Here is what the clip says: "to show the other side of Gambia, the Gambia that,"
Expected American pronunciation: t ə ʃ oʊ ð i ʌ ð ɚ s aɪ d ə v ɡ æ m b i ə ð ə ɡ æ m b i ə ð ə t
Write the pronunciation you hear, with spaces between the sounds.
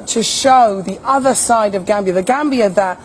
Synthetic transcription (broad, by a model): t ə ʃ oʊ ð i ʌ ð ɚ s aɪ d ə v ɡ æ m b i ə ð ə ɡ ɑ m b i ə ð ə t